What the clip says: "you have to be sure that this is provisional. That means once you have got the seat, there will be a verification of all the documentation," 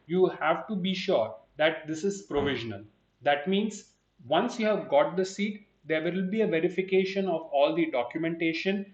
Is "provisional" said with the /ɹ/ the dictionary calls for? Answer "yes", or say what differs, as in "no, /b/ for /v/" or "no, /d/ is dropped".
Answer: yes